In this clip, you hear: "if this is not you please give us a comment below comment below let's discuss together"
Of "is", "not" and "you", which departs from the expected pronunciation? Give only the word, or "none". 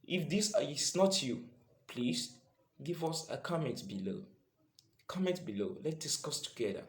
is